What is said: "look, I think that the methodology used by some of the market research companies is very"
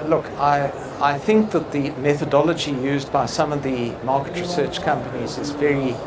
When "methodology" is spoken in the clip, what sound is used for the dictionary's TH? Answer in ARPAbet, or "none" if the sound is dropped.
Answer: TH